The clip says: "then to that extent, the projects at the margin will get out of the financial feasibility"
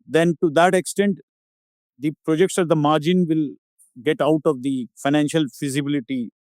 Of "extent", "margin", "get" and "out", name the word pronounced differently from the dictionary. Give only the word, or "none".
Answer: none